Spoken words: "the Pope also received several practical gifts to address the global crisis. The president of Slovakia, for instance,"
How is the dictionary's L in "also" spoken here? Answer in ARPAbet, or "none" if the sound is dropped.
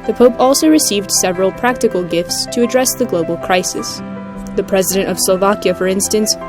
L